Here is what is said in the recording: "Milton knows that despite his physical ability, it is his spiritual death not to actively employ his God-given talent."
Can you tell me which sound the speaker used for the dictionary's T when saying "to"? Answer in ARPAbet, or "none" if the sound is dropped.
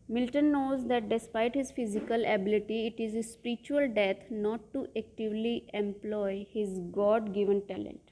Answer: T